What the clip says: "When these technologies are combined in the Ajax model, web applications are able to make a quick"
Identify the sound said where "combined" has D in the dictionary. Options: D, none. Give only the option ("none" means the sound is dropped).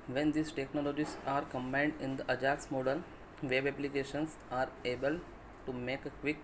D